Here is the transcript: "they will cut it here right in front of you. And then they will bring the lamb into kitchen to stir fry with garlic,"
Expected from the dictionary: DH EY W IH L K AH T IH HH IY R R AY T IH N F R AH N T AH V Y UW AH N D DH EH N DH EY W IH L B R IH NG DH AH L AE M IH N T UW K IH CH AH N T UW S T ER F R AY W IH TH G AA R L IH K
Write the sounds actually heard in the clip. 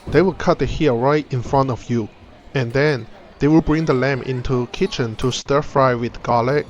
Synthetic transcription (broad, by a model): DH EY W IH L K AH T IH HH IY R R AY T IH N F R AH N T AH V Y UW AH N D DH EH N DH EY W IH L B R IH NG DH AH L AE M IH N T UW K IH CH AH N T UW S T ER F R AY W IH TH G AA L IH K